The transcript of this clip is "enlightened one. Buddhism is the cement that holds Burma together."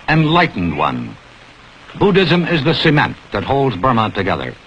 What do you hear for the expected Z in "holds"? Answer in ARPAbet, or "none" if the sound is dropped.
Z